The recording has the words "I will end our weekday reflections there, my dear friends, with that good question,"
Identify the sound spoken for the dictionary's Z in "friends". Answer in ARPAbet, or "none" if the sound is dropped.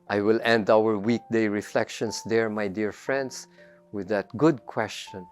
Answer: S